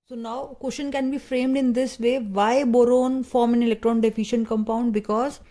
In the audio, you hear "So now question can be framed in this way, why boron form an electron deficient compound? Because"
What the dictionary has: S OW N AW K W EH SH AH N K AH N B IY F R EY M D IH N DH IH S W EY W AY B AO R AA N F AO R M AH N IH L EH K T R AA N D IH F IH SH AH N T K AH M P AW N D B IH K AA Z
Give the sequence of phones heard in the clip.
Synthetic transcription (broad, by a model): S OW N AW K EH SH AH N K AH N B IY F R EY M D IH N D IH S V EY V AY B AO R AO N F AO R M AH N IH L EH K T R AA N D IH F IH SH AH N T K AH M P AW N D B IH K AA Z